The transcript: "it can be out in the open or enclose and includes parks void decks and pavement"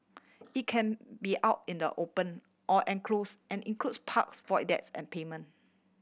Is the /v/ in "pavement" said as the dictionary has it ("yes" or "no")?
no